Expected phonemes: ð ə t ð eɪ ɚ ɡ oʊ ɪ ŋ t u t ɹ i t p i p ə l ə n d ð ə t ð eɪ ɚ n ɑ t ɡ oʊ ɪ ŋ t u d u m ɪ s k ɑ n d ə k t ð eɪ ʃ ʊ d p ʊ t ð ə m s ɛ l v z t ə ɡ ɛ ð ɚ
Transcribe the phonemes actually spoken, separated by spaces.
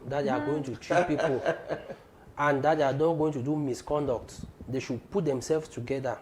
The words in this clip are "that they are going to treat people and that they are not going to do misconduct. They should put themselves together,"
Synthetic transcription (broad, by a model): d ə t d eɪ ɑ ɡ oʊ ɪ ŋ t u t ɹ i t p i p ə l ə n d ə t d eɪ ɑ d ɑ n ɡ oʊ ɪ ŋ t u d u m ɪ s k ɑ n d ə k t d eɪ ʃ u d p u t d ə m s ɛ l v t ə ɡ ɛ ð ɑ